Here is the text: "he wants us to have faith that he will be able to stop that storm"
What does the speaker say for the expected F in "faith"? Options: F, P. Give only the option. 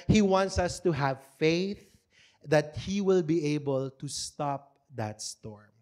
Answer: F